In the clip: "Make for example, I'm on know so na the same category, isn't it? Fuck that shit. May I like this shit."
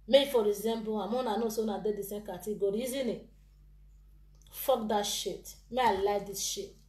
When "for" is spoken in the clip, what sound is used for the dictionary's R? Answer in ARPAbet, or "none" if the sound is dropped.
R